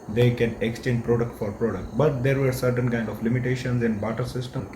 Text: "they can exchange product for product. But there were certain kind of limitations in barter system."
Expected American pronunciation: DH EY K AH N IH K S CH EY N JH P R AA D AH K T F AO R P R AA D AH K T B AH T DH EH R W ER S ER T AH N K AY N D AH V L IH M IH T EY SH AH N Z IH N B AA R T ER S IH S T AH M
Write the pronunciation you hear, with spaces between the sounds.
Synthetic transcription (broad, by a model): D EY K AH N IH K S CH EY N JH P R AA D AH K T F AO R P R AA D AH K T B AH T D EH R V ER S ER T AH N K AY N D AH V L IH M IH T EY SH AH N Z IH N B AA T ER S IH S T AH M